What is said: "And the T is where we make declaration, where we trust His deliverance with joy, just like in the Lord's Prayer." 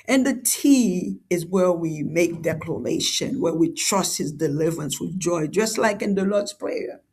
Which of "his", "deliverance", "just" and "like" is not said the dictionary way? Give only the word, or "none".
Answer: none